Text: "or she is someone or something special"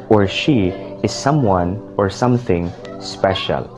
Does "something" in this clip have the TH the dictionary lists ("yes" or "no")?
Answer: yes